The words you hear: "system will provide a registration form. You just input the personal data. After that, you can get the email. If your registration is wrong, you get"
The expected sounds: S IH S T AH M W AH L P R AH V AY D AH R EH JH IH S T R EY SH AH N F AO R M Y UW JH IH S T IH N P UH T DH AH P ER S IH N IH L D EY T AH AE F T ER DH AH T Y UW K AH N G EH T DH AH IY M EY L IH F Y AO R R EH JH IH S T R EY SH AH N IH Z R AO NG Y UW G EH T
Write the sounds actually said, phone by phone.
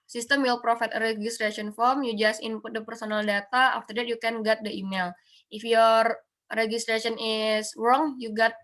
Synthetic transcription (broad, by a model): S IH S T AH M W AH L P R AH F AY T AH R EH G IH S T R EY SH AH N F AO R M Y UW JH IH S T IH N P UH T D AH P ER S IH N IH L D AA T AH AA F T ER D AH T Y UW K AH N G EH T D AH IY M EY L IH F Y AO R R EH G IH S T R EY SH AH N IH S R AO NG Y UW G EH T